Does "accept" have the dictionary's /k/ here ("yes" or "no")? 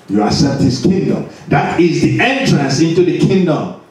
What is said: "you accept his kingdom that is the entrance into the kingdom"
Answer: no